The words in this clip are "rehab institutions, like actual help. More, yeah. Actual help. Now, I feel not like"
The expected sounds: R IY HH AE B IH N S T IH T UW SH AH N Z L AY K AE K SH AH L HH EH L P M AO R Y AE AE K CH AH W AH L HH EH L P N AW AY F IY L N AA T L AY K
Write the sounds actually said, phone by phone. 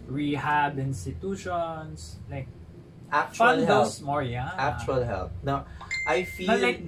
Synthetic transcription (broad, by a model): R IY HH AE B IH N S T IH T UW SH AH N S L AY K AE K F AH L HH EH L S M AO R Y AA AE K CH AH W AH L HH EH L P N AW AY F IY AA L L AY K